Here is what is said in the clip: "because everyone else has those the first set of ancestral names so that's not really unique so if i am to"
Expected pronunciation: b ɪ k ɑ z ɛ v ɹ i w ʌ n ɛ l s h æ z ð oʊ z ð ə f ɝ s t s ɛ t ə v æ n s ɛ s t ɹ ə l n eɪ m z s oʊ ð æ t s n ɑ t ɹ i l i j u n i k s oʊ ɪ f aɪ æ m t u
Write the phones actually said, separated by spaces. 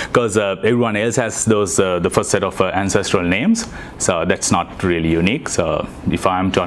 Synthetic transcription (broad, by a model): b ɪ k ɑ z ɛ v ɹ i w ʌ n ɛ l s h æ z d oʊ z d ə f ɝ s t s ɛ t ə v æ n s ɛ s t ɹ ə l n eɪ m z s oʊ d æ t s n ɑ t ɹ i l i j u n i k s oʊ ɪ f aɪ m t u